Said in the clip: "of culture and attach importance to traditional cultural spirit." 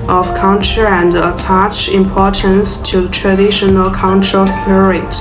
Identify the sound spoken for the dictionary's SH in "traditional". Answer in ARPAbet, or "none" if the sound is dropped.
SH